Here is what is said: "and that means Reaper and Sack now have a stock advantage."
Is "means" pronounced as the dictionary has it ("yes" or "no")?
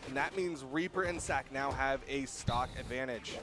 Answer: yes